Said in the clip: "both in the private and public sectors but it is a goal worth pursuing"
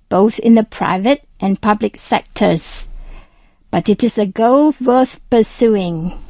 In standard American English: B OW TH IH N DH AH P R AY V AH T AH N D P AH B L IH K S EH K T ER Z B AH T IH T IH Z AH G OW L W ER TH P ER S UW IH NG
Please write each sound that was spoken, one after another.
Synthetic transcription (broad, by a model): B OW TH IH N DH AH P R AY V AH T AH N P AH B L IH K S EH K T ER Z B AH T IH T IH Z AH G OW L W ER TH P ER S UW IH NG